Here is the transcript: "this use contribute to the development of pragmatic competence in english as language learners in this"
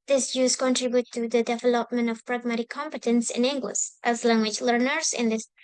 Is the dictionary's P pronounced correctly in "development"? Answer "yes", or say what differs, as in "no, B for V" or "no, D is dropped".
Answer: yes